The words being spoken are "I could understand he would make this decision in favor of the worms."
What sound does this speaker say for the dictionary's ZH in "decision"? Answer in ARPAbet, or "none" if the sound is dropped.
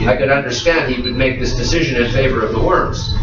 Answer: ZH